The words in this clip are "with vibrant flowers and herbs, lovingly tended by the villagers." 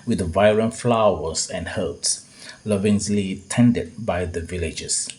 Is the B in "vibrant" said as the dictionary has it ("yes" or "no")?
no